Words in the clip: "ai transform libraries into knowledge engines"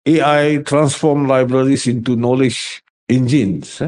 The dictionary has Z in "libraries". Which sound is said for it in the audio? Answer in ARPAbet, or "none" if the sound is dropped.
S